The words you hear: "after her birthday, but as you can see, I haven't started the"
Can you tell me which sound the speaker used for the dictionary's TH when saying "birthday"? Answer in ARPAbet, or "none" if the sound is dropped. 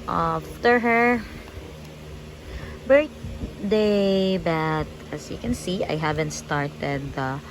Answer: T